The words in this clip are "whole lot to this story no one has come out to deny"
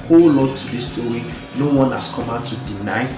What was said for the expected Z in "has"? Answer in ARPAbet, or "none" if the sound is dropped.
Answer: S